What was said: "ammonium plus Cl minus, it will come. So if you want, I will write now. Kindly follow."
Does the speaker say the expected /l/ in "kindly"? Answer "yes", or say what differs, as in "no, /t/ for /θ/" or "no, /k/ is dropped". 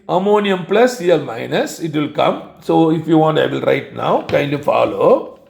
no, /l/ is dropped